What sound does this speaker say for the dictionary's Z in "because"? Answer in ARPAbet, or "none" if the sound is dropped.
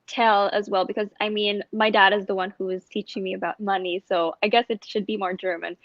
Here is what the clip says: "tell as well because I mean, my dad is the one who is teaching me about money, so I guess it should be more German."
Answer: Z